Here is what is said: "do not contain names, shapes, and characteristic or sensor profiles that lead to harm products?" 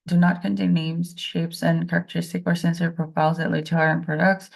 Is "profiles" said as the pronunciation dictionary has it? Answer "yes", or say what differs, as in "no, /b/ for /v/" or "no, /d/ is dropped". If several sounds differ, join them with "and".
no, /p/ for /f/ and /l/ is dropped